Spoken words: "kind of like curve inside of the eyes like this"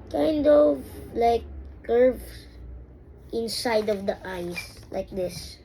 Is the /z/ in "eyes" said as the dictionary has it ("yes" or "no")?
no